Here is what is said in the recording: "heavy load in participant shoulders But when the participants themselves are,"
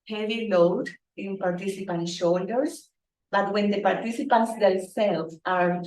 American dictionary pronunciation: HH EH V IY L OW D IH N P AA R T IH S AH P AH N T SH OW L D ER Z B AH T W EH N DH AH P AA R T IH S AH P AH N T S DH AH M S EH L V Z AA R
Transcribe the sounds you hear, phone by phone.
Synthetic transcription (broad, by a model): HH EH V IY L OW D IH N P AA R T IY S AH P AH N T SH OW L D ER S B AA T W EH N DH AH P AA R T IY S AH P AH N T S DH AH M S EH L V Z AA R